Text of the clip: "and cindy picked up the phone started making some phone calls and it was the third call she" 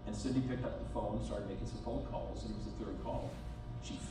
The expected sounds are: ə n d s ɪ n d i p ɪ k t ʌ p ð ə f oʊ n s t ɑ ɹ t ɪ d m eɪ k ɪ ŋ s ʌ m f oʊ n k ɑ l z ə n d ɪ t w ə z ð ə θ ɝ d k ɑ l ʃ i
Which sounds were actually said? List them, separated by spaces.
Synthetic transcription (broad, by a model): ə n s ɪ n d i p ɪ k t ʌ p ð ə f oʊ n s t ɑ ɹ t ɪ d m eɪ k ɪ ŋ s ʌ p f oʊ k ɑ l s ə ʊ ɪ t w ə z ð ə θ ɝ d k ɑ l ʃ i